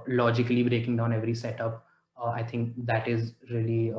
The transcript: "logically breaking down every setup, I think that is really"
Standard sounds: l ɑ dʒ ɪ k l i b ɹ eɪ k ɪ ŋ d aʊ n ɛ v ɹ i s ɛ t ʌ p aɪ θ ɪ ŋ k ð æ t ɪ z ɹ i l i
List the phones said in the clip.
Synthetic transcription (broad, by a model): l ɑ dʒ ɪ k l i b ɹ eɪ k ɪ ŋ d aʊ n ɛ v ɹ i s ɛ t ʌ p aɪ t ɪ ŋ k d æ t ɪ z ɹ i l i